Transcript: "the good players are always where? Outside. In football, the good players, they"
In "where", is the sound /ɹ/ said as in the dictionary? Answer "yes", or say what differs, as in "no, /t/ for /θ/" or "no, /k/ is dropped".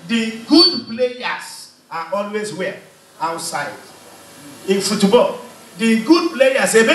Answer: no, /l/ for /ɹ/